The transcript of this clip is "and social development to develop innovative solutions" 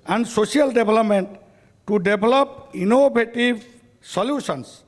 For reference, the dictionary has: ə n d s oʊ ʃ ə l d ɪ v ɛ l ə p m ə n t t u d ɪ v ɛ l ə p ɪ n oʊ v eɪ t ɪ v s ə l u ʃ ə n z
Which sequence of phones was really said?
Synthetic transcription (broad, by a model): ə n d s oʊ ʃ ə l d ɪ b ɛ l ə p m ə n t t u d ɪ b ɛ l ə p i n oʊ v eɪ t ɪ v s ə l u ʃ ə n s